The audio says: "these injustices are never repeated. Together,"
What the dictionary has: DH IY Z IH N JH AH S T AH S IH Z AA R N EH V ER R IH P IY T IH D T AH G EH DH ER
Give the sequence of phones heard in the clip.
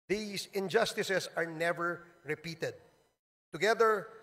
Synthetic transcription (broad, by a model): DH IY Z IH N JH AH S T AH S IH S AA R N EH V ER R IH P IY T IH D T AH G EH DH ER